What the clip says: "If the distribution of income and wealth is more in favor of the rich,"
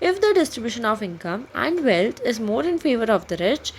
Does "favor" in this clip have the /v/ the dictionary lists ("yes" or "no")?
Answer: yes